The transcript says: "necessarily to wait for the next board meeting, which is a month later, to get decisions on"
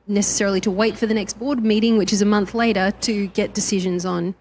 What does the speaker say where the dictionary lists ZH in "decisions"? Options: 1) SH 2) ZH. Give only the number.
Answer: 2